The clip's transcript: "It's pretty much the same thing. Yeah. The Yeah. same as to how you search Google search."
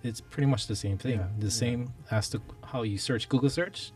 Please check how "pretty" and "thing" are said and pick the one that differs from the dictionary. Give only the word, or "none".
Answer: none